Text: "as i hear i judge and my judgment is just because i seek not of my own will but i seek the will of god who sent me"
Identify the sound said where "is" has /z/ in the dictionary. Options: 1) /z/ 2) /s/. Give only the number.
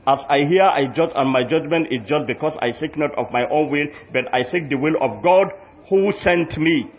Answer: 2